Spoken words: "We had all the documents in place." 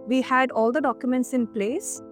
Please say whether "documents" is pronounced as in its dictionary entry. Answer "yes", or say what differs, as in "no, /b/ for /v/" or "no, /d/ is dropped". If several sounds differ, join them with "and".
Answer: yes